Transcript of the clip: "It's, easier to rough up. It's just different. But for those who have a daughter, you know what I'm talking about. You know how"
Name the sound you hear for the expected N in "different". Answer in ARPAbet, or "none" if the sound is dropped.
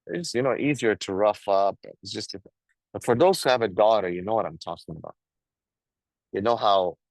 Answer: none